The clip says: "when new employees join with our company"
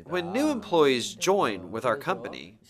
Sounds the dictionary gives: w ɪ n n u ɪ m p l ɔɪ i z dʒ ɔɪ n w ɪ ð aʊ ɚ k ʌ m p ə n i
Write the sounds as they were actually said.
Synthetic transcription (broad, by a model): w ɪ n n u ɪ m p l ɔɪ i z dʒ ɔɪ n w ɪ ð aʊ ɚ k ʌ m p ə n i